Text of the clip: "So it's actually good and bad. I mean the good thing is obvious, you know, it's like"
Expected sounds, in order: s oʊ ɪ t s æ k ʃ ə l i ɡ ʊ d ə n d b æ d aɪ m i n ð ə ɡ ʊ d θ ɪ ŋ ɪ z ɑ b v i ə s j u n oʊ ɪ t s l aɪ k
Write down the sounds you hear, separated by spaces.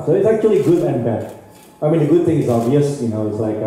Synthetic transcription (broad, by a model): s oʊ ɪ t s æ k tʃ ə l i ɡ ʊ d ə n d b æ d aɪ m i n ð ə ɡ ʊ d θ ɪ ŋ ɪ z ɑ v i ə s j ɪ n oʊ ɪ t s l aɪ k